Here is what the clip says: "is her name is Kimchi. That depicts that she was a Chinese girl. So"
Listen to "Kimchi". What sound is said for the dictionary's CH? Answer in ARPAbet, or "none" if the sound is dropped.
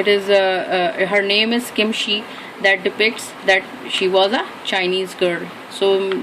SH